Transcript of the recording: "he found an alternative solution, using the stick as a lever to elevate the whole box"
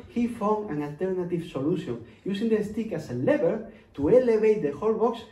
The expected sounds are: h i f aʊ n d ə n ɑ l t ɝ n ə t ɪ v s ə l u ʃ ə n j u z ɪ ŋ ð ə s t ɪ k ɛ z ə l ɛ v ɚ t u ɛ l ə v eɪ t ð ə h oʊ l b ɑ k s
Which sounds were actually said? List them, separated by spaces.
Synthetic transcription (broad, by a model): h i f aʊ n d ə n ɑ l t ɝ n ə t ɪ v s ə l u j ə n j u s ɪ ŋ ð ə s t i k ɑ s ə l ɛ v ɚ t u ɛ l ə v eɪ t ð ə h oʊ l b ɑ k s